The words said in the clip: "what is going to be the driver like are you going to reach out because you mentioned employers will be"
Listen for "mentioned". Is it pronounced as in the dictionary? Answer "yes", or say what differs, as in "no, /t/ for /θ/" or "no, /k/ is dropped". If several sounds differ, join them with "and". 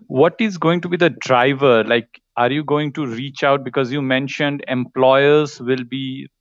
yes